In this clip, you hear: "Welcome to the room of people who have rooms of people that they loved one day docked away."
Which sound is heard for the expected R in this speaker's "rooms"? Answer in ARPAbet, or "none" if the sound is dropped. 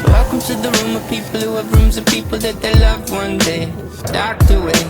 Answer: R